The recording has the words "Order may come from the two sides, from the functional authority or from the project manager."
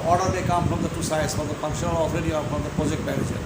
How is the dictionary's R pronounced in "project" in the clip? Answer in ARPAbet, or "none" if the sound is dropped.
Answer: R